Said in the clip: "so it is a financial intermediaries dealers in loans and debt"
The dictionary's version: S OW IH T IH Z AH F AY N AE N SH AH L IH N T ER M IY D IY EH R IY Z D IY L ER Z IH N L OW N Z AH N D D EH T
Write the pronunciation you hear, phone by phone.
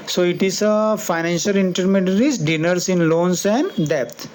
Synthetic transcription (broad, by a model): S OW IH T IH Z AH F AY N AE N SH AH L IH N T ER M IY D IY R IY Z D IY N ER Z IH N L OW N S AH N D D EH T